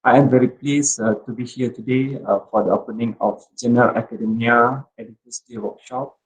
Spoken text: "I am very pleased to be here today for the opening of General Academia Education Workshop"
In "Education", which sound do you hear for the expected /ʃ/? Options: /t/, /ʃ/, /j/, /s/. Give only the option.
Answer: /s/